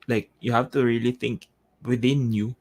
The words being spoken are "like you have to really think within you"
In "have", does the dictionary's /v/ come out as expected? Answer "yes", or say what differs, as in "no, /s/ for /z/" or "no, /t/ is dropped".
no, /f/ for /v/